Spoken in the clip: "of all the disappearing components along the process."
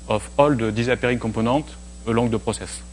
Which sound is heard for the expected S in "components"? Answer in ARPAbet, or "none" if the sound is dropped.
none